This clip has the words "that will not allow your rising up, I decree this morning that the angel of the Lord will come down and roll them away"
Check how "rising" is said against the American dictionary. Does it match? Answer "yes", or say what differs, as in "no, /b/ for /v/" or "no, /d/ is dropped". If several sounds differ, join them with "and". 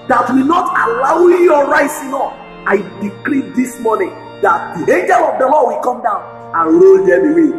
no, /s/ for /z/